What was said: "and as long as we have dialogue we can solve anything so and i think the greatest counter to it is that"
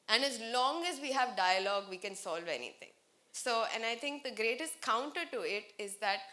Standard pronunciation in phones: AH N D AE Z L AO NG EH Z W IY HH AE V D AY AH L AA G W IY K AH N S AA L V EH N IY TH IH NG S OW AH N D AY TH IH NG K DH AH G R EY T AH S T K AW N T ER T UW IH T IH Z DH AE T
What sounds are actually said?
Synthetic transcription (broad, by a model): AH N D AE Z L AO NG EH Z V IY HH AE V D AY AH L AA G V IY K AH N S AA L V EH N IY T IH NG S OW AH N D AY T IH NG K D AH G R EY T AH S T K AW N T ER T UW IH T IH Z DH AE T